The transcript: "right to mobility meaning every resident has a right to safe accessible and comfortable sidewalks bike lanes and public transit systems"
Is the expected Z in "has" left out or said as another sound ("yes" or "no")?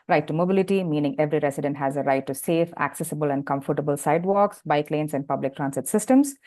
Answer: no